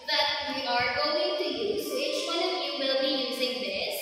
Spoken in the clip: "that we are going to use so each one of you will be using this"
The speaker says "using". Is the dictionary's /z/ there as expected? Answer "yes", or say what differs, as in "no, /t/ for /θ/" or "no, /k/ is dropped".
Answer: yes